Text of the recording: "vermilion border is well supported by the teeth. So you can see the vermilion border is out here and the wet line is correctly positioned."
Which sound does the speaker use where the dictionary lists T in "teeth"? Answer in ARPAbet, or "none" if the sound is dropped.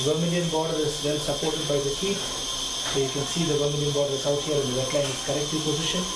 S